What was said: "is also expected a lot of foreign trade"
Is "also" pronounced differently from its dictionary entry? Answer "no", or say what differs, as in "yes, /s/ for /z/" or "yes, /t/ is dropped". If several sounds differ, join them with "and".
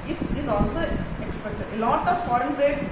no